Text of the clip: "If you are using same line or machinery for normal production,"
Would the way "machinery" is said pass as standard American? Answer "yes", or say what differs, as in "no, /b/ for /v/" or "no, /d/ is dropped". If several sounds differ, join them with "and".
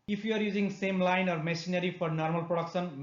no, /s/ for /ʃ/